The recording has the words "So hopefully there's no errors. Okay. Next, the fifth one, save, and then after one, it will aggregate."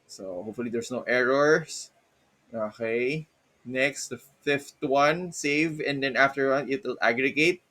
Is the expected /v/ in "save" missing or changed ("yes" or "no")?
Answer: no